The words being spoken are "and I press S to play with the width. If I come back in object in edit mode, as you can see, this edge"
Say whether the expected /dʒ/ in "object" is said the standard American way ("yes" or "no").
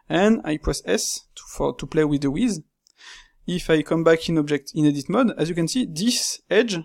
yes